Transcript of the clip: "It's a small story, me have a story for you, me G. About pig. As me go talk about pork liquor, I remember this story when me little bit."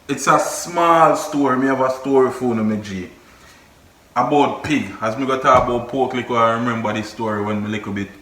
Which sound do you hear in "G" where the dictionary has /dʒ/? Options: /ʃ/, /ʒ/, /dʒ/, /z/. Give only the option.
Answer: /dʒ/